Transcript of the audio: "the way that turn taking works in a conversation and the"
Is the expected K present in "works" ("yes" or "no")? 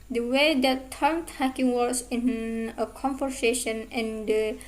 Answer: no